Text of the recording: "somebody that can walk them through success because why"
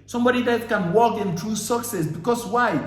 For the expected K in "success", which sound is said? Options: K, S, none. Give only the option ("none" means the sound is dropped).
K